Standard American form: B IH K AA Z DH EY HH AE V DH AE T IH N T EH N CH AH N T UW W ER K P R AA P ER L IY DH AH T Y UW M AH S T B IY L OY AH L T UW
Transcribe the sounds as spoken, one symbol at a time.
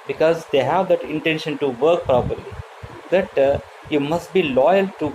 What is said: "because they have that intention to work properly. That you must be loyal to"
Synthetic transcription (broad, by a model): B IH K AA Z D EY HH AE V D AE T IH N T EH N SH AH N T UW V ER K P R AA P ER L IY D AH T Y UW M AH S T B IY L OY AH L T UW